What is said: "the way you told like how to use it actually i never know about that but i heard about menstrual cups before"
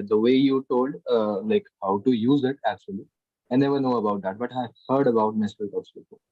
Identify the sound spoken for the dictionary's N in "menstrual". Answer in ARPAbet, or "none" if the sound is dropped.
none